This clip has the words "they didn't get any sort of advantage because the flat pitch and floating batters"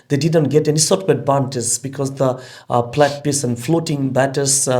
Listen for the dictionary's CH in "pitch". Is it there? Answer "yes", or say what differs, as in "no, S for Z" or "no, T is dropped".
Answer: no, S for CH